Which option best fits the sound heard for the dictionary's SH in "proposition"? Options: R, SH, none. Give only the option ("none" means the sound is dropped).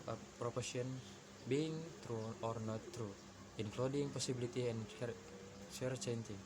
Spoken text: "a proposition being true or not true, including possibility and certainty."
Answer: none